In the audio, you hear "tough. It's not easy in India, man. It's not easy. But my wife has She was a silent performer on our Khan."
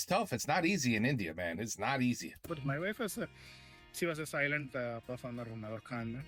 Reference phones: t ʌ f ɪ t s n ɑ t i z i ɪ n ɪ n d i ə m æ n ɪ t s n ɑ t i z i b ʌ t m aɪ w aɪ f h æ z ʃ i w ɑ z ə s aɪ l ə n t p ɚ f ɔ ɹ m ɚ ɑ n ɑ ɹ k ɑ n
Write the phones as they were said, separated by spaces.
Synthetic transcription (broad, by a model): t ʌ f ɪ t s n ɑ t i z i ɪ n ɪ n d i ə m æ n ɪ t s n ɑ t i z i b ʌ t m aɪ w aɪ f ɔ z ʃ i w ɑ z ə s aɪ l ə n t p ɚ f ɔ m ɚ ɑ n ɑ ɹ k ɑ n